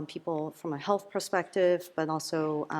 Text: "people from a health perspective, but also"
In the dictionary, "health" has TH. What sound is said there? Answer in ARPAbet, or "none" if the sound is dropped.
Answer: TH